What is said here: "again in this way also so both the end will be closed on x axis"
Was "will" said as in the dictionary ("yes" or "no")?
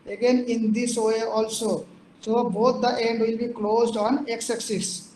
yes